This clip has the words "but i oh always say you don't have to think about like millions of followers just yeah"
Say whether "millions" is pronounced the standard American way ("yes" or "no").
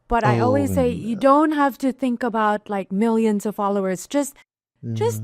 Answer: yes